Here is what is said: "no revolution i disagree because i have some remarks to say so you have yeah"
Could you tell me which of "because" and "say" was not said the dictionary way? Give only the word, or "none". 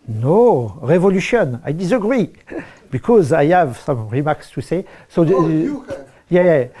none